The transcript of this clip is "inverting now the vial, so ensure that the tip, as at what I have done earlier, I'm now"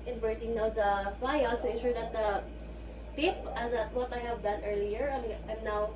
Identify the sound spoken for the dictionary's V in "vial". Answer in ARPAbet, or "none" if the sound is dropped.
F